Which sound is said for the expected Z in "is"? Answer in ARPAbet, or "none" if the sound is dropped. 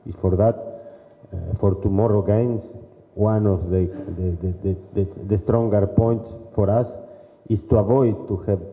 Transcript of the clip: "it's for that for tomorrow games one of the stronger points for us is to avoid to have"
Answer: S